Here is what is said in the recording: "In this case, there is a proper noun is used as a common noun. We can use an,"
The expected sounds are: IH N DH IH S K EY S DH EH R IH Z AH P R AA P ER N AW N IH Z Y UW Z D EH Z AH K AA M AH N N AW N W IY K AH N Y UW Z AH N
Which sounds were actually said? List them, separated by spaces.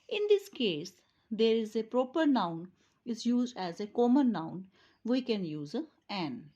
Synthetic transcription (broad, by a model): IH N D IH S K EY S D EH R IH Z AH P R AA P ER N AW N IH Z Y UW Z D EH Z AH K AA M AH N N AW N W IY K AH N Y UW Z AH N